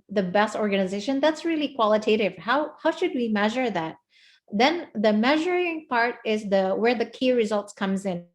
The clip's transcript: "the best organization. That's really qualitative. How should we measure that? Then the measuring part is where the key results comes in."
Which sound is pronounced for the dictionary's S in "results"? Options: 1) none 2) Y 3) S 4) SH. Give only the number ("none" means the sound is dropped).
3